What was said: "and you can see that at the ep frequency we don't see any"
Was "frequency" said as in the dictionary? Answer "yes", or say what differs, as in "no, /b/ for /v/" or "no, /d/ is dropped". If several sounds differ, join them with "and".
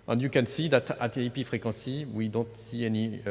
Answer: no, /n/ is dropped